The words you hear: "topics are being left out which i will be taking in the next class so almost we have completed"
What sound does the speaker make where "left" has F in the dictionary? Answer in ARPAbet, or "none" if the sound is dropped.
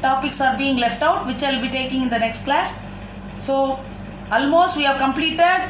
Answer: F